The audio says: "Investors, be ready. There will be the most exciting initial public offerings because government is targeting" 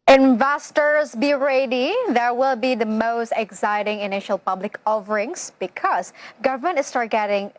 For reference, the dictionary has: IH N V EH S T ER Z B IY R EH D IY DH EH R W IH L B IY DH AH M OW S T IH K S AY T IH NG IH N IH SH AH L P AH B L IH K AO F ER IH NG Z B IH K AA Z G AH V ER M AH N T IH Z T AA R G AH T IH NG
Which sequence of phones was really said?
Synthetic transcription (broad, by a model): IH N V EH S T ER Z B IY R EH D IY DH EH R W IH L B IY DH AH M OW S T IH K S AY T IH NG IH N IH SH AH L P AH B L IH K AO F ER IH NG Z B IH K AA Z G AH V ER M AH N T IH S T AA R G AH T IH NG